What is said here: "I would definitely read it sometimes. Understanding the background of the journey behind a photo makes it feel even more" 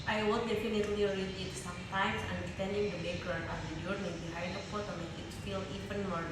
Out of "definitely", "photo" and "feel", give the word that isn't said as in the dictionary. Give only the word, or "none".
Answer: photo